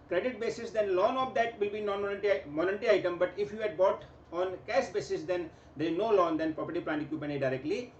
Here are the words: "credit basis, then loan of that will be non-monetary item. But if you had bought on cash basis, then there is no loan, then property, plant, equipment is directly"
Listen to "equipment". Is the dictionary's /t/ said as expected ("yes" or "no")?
no